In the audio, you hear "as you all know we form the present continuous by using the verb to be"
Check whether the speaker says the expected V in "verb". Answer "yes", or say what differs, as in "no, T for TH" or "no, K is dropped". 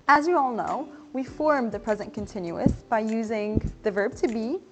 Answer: yes